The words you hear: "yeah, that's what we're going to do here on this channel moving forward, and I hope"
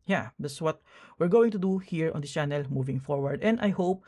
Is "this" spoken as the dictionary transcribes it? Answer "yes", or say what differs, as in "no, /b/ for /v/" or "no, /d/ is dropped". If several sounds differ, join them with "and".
no, /s/ is dropped